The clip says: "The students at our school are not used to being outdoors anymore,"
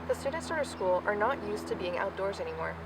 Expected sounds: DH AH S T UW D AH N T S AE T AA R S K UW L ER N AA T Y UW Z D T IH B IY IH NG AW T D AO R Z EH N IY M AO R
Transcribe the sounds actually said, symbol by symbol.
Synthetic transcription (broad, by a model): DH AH S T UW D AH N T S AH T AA S K UW L ER N AA T Y UW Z T IH B IY IH NG AW T D AO R Z EH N IY M AO R